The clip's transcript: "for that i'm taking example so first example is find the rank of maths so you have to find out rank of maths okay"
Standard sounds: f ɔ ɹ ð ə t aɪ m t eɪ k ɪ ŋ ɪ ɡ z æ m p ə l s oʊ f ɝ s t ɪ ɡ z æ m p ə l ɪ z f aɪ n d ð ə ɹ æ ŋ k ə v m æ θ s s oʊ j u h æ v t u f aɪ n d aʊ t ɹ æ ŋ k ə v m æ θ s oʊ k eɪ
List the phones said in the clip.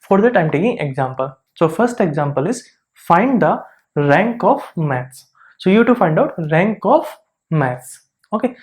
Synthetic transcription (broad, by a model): f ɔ ɹ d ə t aɪ m t eɪ k ɪ ŋ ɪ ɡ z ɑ m p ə l s oʊ f ɝ s t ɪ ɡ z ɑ m p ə l ɪ z f aɪ n d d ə ɹ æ ŋ k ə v m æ t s s oʊ j u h t u f aɪ n d aʊ t ɹ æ ŋ k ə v m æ t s oʊ k eɪ